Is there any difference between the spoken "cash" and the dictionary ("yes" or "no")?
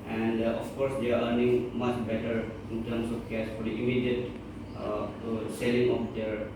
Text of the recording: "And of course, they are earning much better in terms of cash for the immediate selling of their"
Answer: yes